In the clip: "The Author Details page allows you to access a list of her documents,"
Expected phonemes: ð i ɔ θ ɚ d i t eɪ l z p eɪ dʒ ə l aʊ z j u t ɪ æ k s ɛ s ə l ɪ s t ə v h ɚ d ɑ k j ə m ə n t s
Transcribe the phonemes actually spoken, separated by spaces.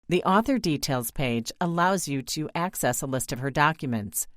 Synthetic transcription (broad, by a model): ð i ɔ θ ɚ d i t eɪ l z p eɪ dʒ ə l aʊ z j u t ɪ æ k s ɛ s ə l ɪ s t ə v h ɚ d ɑ k j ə m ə n t s